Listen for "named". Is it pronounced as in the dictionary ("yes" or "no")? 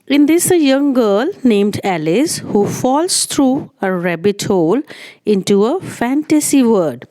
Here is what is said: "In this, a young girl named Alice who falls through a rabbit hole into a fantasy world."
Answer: yes